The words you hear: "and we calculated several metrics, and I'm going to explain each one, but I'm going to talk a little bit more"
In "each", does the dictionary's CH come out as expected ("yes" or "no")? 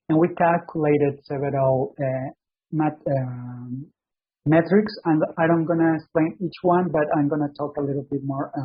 yes